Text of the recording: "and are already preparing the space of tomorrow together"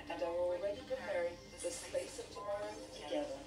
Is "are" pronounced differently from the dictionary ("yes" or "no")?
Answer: yes